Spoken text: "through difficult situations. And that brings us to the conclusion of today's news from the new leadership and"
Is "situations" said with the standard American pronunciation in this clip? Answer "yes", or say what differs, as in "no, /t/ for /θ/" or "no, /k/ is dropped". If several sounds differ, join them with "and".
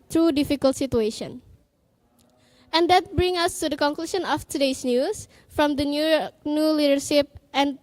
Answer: no, /z/ is dropped